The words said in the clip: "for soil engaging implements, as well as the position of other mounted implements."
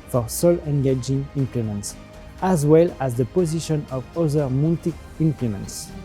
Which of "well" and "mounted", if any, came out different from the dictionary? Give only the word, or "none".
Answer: mounted